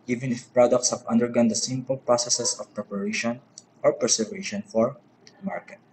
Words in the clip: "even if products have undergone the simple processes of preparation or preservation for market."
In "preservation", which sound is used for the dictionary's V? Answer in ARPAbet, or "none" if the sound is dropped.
none